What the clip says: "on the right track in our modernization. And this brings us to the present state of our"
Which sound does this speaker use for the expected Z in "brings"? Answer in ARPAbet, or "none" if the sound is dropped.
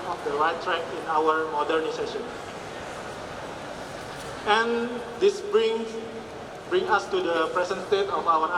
none